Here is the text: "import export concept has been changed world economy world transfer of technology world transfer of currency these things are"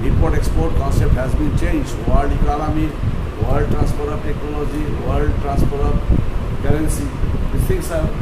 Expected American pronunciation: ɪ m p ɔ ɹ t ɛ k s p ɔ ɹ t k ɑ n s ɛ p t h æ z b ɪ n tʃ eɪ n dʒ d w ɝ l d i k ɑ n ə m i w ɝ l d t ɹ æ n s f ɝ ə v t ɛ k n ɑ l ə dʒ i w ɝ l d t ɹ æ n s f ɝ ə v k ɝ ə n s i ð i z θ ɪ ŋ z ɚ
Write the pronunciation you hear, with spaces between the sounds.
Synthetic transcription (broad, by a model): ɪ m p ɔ ɹ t ɛ k s p ɔ ɹ t k ɑ n s ɛ p t h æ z b ɪ n tʃ eɪ n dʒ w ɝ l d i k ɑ l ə m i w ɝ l d t ɹ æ n s p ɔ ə b t ɛ k n ɑ l ə dʒ i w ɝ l d t ɹ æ n s p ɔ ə b k ɝ ə n s i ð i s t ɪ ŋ s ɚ